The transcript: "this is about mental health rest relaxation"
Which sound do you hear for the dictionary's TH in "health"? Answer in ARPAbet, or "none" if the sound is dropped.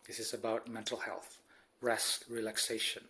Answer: TH